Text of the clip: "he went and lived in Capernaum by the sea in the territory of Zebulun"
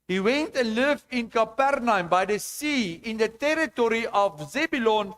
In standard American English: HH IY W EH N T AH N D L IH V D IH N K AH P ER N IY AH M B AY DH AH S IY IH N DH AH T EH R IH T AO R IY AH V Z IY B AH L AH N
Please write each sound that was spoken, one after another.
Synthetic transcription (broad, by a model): HH IY W EH N T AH L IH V IH N K AH P ER N IY AH M B AY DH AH S IY IH N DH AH T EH R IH T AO R IY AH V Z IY B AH L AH N